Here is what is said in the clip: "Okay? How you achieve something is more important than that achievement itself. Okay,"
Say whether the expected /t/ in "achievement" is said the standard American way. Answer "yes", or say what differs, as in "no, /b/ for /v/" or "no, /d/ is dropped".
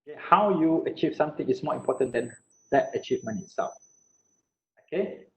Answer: no, /t/ is dropped